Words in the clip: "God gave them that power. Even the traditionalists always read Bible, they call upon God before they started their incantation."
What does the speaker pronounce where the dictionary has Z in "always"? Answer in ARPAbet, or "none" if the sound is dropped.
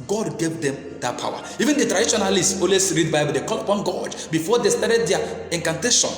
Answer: S